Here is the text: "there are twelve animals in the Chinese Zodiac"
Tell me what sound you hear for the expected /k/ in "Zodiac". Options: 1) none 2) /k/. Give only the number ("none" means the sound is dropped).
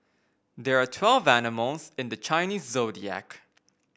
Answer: 2